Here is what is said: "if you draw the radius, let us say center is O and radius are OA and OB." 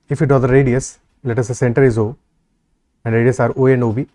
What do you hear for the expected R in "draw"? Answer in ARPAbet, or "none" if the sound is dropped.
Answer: none